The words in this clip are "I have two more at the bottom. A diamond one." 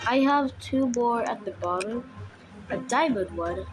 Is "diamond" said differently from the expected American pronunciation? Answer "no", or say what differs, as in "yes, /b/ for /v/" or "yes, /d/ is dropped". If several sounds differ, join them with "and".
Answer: yes, /n/ is dropped